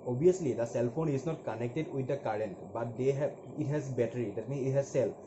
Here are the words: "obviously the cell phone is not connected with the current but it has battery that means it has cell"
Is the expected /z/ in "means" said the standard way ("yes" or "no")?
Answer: no